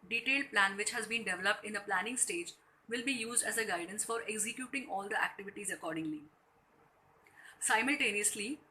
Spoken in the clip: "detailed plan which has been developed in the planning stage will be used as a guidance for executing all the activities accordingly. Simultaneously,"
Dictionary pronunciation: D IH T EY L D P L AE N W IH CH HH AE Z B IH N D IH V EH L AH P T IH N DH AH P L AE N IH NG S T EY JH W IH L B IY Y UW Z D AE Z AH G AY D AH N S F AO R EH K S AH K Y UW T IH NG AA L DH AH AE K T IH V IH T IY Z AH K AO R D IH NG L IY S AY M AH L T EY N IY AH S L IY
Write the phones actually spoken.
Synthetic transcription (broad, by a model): D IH T EY L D P L AE N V IH CH HH AE Z B IH N D IH V EH L AH P T IH N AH P L AE N IH NG S T EY JH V IH L B IY Y UW Z D AE Z AH G AY D AH N S F AO R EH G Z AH K Y UW T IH NG AA L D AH AE K T IH V IH T IY Z AH K AO R D IH NG L IY S AY M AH L T EY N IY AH S L IY